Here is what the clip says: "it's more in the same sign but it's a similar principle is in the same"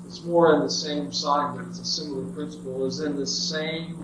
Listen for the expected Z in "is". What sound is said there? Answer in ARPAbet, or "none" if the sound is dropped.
Z